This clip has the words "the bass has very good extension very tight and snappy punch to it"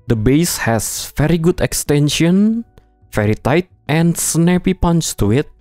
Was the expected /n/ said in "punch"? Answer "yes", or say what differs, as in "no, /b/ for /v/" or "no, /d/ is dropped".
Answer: yes